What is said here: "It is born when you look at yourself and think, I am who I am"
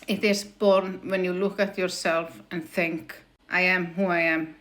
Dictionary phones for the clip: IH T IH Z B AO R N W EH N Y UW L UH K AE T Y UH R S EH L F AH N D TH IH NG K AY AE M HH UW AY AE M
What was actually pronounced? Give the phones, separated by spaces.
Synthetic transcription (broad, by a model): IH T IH S B AO R N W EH N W L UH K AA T Y UH R S EH L F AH N TH IH NG K AY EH M HH UW AY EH M